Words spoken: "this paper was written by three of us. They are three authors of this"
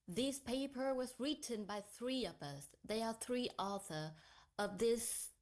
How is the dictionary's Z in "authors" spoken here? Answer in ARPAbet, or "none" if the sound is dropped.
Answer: none